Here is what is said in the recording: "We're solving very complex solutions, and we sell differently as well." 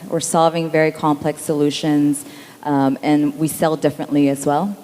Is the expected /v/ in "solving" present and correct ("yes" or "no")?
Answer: yes